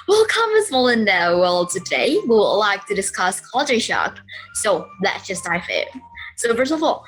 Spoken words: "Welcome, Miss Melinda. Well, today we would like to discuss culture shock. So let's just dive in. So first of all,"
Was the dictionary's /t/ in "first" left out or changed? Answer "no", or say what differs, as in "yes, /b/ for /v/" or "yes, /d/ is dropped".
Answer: yes, /t/ is dropped